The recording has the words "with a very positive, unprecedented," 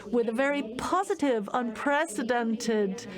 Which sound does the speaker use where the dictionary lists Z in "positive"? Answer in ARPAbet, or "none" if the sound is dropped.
Z